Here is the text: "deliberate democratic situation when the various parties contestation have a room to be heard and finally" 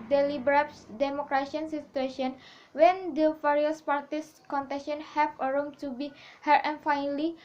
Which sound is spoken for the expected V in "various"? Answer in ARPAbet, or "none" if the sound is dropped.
F